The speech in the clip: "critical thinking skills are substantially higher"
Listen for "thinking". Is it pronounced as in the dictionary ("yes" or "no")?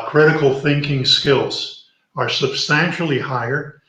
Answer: yes